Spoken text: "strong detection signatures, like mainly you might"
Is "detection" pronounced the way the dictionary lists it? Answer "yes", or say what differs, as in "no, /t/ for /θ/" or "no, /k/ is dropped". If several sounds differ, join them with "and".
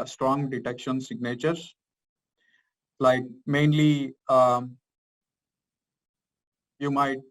yes